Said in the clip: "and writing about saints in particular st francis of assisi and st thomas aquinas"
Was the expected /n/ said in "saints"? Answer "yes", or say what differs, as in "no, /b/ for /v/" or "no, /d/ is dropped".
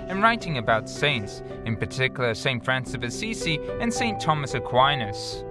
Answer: yes